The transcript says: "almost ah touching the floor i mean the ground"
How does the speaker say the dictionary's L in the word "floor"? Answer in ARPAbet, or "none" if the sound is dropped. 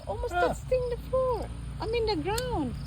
none